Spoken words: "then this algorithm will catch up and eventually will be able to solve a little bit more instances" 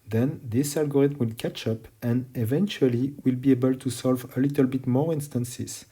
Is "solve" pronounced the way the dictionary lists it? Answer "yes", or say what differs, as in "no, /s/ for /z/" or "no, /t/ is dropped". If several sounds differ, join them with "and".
yes